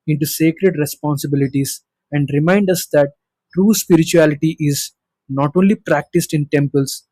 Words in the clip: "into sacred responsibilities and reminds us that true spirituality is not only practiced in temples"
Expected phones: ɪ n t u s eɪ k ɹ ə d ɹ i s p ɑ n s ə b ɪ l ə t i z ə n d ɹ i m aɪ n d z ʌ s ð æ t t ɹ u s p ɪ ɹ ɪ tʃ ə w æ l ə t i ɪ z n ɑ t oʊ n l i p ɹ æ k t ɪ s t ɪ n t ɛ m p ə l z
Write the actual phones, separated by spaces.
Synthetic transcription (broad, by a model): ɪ n t u s eɪ k ɹ ə d ɹ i s p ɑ n s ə b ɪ l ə t i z ə n d ɹ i m aɪ n d ʌ s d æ t t ɹ u s p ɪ ɹ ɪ tʃ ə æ l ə t i ɪ z n ɑ t oʊ n l i p ɹ æ k t ɪ s t ɪ n t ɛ m p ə l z